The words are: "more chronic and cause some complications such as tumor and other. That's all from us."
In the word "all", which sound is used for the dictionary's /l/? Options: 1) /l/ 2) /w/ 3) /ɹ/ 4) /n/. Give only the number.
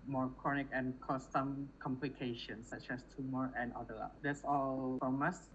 1